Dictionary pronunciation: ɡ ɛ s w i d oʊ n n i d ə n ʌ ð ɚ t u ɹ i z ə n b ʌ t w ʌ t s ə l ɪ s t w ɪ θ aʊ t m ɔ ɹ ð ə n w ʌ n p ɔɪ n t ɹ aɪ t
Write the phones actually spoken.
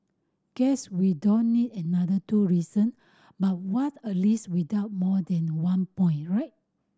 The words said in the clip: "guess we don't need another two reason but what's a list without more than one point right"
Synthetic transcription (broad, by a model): ɡ ɛ s w i d oʊ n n i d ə n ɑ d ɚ t u ɹ i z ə n b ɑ t w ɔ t ə l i s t w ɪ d aʊ t m ɔ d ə n w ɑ n p ɔɪ n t ɹ aɪ t